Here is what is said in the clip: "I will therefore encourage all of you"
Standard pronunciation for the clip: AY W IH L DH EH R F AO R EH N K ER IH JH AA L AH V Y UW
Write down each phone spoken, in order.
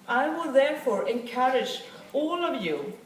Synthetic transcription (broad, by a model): AY W IH L DH EH R F AO R EH N K ER IH JH AA L AH V Y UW